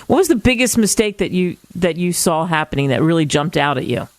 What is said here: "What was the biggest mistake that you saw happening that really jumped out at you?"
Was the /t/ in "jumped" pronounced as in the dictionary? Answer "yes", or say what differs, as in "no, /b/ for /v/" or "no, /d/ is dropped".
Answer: yes